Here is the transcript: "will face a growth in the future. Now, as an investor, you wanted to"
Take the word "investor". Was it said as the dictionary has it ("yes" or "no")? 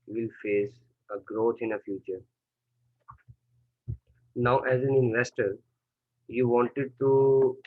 yes